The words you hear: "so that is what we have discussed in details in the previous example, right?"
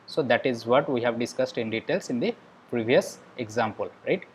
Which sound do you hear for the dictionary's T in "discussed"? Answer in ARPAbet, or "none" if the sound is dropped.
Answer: T